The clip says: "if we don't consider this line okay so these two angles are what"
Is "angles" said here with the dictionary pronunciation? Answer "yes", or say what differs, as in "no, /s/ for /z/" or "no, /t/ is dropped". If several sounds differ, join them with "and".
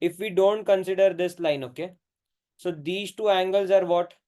yes